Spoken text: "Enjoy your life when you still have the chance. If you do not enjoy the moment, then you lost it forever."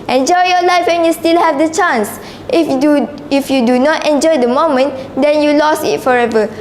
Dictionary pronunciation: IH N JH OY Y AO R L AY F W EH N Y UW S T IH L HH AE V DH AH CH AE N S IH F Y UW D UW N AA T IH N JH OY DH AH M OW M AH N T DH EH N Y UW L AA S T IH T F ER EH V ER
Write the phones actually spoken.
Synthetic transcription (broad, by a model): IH N JH OY Y AO L AY F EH N Y UW S T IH L HH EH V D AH CH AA N S IH F Y UW D UW N AA T IH N JH OY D AH M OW M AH N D EH N Y UW L AA S IH T F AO EH V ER